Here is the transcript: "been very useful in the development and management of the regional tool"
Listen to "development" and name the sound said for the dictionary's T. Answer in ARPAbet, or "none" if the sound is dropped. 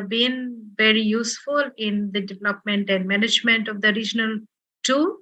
T